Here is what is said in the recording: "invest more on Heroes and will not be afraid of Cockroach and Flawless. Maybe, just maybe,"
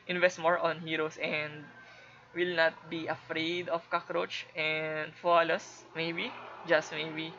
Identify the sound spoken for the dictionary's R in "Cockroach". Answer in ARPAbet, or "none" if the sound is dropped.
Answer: R